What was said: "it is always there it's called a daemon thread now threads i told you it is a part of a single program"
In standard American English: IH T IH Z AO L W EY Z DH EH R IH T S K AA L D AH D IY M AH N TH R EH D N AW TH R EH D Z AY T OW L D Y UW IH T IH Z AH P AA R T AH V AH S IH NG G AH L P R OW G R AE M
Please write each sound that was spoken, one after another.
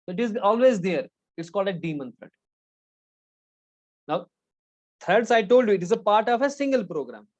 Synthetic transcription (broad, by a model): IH T IH Z AO L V EY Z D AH R IH T S K AA L D AH D IY M AH N T R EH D N AW T R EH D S AY T OW L D Y UW IH T IH Z AH P AA R T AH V AH S IH NG G AH L P R OW G R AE M